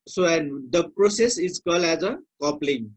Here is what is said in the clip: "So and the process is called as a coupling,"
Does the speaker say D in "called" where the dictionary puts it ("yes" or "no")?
no